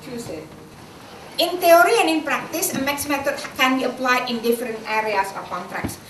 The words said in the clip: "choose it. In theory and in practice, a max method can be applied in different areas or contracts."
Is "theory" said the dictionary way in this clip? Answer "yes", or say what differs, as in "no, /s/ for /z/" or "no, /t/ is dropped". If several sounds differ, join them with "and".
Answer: no, /t/ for /θ/